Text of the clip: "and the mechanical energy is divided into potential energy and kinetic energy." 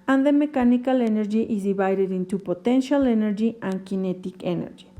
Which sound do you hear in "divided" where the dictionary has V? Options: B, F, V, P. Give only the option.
B